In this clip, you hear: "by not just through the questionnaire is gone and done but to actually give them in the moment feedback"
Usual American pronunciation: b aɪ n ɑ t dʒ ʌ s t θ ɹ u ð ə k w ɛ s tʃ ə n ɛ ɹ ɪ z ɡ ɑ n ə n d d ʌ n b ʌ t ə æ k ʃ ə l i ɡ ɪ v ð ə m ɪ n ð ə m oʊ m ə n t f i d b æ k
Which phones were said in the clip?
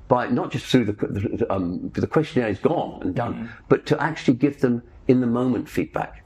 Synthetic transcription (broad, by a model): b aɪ n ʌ t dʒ ʌ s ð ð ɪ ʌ ð ə k w ɛ s tʃ ə n ɛ ɹ ɪ z ɡ ɑ n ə n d d ʌ n b ʌ t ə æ k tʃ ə l i ɡ ɪ v ð ə m ɪ n ð ə m oʊ m ə n t f i d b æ k